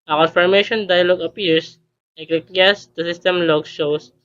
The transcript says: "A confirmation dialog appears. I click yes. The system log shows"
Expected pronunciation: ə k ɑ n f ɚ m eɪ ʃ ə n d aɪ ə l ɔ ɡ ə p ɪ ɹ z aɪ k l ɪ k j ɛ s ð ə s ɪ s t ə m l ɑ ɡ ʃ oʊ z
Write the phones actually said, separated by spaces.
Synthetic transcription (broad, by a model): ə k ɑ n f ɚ m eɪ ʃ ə n d aɪ ə l ɔ ɡ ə p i ɹ s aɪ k ɪ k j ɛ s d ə s ɪ s t ə m l ɑ ɡ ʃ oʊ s